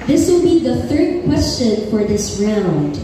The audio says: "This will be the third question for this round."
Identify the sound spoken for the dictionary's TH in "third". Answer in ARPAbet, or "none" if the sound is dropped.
TH